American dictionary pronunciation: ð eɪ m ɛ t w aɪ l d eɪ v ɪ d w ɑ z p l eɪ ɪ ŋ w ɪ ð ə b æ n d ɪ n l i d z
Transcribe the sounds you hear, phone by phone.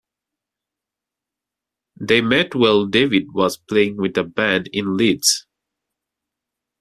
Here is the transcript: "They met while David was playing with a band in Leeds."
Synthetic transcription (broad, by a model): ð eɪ m ɛ t w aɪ l d eɪ v ɪ d w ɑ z p l eɪ ɪ ŋ w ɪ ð ə b æ n d ɪ n l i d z